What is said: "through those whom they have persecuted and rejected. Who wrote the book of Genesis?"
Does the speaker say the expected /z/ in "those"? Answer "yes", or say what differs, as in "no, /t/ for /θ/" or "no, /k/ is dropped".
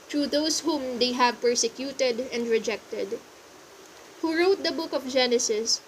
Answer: no, /s/ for /z/